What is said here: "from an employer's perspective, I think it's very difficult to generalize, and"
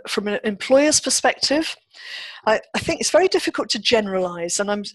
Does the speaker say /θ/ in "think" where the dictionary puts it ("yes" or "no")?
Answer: yes